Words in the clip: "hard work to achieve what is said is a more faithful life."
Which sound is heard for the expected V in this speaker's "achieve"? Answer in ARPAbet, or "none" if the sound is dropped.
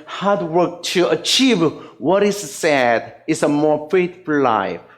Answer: V